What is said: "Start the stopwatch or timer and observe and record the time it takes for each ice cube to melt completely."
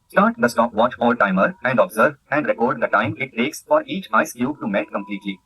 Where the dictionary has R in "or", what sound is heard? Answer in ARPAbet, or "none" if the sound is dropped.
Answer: L